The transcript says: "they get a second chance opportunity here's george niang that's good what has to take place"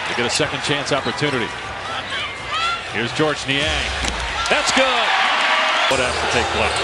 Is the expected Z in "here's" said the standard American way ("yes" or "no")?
yes